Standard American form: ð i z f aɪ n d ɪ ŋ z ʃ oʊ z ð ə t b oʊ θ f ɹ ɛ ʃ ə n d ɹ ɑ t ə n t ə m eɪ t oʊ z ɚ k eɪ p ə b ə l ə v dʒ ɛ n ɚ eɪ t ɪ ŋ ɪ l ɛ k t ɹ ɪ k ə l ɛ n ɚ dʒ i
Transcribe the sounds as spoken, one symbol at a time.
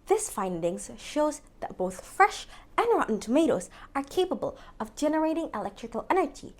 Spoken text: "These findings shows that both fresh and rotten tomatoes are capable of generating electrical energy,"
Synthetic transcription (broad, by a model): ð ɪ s f aɪ n d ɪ ŋ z ʃ oʊ z ð ə t b oʊ θ f ɹ ɛ ʃ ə n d ɹ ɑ t n t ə m eɪ t oʊ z ɚ k eɪ p ə b ə l ə v dʒ ɛ n ɚ eɪ t ɪ ŋ ɪ l ɛ k t ɹ ɪ k ə l ɛ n ɚ dʒ i